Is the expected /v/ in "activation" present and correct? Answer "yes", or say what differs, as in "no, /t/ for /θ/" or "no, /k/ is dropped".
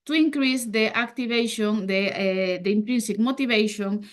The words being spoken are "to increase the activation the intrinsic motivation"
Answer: no, /b/ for /v/